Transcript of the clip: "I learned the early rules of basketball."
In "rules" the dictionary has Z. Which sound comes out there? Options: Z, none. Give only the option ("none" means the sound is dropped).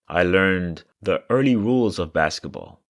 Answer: Z